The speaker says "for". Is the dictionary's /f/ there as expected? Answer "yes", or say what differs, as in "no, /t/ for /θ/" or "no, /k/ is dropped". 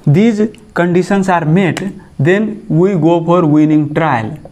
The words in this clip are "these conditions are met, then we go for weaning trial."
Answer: no, /p/ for /f/